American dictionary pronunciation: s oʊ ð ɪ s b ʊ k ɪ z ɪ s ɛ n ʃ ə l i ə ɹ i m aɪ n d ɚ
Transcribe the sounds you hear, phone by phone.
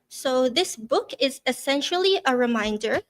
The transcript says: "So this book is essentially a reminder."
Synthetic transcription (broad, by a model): s oʊ ð ɪ s b ʊ k ɪ z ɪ s ɛ n ʃ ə l i ə ɹ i m aɪ n d ɚ